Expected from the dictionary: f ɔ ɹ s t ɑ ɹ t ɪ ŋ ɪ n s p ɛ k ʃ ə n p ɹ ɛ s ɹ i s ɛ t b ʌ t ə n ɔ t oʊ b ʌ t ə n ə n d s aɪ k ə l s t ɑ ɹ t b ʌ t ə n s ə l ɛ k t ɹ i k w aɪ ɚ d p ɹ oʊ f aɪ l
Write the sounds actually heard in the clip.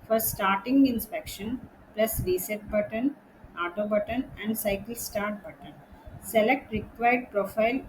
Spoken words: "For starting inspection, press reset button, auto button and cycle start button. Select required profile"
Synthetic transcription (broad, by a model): f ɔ ɹ s t ɑ ɹ t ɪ ŋ ɪ n s p ɛ k ʃ ə n p l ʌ s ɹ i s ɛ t b ʌ t ə n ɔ t oʊ b ʌ t ə n ə n d s aɪ k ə l s t ɑ ɹ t b ʌ t ə n s ə l ɛ k t ɹ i k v aɪ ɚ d p ɹ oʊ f aɪ l